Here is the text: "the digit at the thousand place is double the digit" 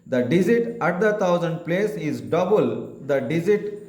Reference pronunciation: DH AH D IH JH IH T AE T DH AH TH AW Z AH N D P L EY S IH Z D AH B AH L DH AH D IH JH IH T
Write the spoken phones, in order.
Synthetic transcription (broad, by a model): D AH D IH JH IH T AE T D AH T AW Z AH N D P L EY S IH Z D AH B AH L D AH D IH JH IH T